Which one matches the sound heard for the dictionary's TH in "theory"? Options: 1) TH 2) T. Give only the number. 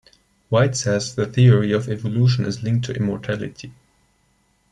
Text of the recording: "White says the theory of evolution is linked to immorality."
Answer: 1